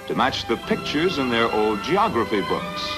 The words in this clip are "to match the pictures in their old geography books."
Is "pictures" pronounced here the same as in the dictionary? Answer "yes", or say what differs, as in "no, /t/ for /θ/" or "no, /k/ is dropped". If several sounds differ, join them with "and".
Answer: yes